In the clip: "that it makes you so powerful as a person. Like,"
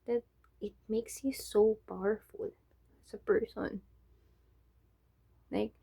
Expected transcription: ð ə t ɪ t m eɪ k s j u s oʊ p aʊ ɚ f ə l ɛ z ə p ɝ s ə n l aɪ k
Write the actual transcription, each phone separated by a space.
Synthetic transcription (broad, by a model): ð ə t ɪ t m eɪ k s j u s oʊ b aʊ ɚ f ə l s ə p ɝ s ə n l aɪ k